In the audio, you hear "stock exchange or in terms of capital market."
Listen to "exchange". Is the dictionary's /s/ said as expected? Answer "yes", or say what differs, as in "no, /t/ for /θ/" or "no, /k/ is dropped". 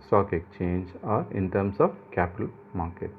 no, /s/ is dropped